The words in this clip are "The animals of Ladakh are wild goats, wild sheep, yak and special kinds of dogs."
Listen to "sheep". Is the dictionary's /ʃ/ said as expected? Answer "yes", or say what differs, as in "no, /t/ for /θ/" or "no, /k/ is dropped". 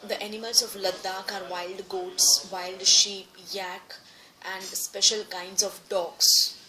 yes